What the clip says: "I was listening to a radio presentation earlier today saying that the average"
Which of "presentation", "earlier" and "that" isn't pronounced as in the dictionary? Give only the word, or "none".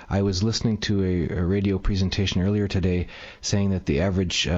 none